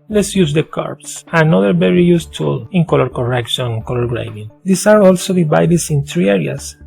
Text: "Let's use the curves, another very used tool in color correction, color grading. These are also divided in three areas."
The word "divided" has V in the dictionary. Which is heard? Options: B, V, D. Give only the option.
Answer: B